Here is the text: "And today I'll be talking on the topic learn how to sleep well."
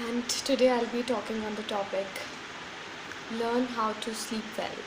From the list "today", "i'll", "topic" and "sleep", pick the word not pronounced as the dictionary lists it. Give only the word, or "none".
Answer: sleep